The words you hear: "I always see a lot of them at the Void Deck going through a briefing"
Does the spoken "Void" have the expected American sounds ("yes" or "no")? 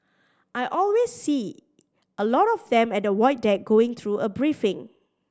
no